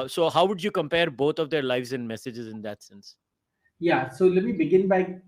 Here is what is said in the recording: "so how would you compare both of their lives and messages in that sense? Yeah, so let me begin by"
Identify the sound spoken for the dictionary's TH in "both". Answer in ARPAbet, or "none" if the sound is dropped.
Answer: T